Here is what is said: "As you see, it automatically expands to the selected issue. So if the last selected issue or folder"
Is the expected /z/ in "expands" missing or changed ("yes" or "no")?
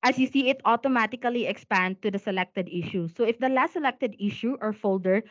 yes